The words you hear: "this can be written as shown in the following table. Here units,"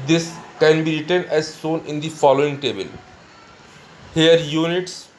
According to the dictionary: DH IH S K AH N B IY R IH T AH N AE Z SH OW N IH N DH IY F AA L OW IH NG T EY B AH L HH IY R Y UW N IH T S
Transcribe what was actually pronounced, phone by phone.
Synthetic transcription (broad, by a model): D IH S K AH N B IY R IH T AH N AE Z S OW N IH N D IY F AA L OW IH NG T EY B AH L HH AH R Y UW N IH T S